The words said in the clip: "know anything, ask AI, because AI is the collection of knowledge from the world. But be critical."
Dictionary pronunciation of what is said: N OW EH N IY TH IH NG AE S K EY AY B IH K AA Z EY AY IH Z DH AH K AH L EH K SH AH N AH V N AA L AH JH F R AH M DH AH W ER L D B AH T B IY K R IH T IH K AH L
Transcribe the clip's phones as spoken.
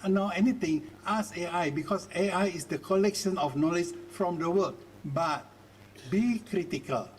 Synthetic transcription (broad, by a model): N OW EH N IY T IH NG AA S EY AY B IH K AA S EY AY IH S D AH K AH L EH K SH AH N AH F N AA L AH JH F R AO M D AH W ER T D B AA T B IY K R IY T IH K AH L